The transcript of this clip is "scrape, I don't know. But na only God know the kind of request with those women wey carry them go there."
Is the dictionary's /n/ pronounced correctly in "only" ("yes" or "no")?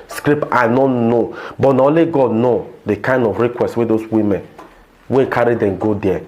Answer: no